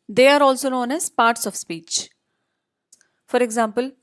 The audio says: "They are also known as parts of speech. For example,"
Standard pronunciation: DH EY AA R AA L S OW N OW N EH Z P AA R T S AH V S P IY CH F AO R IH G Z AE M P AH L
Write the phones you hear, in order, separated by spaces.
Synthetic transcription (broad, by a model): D EY AA R AA L S OW N OW N EH Z P AA R T S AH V S P IY CH F AO R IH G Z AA M P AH L